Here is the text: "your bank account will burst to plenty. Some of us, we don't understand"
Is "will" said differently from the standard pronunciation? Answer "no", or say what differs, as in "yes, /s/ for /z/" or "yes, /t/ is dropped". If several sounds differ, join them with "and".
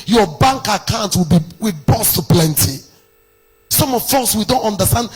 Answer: yes, /w/ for /l/